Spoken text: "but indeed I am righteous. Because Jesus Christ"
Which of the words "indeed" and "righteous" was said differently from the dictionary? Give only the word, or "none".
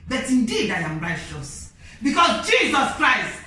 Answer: righteous